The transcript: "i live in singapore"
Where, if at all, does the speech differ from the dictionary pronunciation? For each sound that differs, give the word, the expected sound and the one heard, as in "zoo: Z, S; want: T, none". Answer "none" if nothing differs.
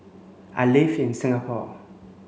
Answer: live: V, F